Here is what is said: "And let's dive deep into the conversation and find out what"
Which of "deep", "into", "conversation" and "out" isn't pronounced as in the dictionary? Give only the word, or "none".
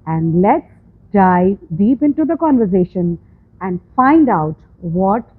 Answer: none